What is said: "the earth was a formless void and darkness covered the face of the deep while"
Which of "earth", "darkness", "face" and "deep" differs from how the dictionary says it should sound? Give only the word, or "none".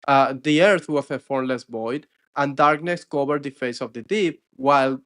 none